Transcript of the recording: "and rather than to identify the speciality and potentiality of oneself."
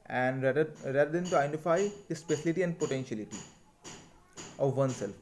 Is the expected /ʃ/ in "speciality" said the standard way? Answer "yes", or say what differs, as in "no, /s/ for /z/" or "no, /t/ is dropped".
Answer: no, /s/ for /ʃ/